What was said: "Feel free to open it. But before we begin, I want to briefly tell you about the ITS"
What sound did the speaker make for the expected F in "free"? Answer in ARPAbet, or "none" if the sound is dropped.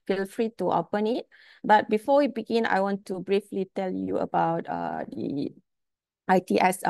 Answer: F